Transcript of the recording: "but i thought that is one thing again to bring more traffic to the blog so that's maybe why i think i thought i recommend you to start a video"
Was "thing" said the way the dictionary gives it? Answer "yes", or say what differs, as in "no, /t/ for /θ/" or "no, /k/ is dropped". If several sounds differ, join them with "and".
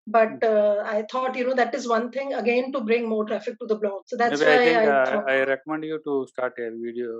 no, /t/ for /θ/